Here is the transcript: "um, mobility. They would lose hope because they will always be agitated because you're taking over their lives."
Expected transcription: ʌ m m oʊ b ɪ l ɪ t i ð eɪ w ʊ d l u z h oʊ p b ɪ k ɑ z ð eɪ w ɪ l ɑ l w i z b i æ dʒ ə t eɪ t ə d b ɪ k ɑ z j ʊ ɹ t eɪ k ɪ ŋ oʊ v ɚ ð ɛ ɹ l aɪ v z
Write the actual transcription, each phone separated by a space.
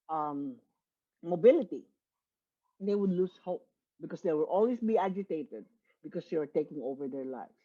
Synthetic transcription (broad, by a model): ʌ m m oʊ b ɪ l ɪ t i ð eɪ w ʊ d l u s h oʊ p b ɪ k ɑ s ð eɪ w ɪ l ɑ l w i s b i æ dʒ ə t eɪ t ə d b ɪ k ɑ s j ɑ ɹ t eɪ k ɪ ŋ oʊ v ɚ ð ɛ ɹ l aɪ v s